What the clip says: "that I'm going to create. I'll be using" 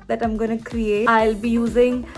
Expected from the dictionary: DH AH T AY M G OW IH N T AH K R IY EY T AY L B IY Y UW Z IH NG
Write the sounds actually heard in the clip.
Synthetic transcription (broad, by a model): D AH T AY M G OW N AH K R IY EY AY L B IY Y UW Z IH NG